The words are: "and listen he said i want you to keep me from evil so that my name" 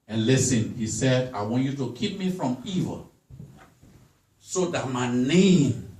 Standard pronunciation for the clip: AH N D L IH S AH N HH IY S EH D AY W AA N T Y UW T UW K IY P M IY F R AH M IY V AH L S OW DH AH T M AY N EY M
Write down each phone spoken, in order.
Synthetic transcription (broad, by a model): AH N L IH S AH N HH IY S EH D AY W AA N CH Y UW T UW K IY P M IY F R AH M IY V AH S OW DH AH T M AY N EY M